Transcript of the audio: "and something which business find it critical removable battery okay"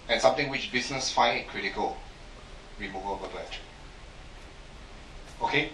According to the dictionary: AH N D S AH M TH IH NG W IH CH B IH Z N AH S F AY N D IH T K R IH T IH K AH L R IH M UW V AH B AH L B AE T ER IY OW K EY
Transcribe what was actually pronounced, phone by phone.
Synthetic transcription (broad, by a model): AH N S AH M T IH NG W IH CH B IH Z N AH S F AY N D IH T K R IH T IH K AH L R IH M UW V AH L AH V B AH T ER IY OW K EY